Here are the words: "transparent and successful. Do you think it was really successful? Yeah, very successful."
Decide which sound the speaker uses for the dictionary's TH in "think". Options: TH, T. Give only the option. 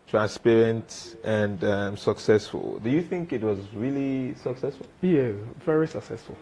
TH